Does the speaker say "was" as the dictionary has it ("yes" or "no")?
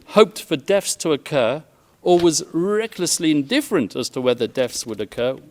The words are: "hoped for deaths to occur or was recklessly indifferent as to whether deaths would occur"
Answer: yes